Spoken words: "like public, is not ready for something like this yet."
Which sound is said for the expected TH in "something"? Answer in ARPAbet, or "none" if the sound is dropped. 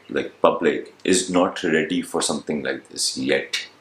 T